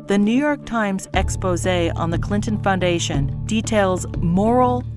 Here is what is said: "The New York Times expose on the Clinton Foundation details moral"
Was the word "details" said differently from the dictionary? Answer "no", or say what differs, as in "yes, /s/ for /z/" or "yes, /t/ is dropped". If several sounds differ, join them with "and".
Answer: no